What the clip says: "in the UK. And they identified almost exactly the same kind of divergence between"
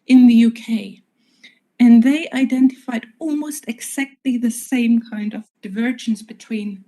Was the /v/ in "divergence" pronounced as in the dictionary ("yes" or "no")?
yes